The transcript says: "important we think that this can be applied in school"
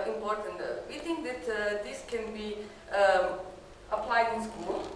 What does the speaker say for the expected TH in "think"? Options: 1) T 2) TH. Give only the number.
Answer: 1